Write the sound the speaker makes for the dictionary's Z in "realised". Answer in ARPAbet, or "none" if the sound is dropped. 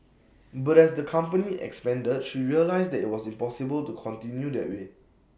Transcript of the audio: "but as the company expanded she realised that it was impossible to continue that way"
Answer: S